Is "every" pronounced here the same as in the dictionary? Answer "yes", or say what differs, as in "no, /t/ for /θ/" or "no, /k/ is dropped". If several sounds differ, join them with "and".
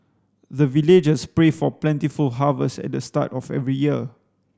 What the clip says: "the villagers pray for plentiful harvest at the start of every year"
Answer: yes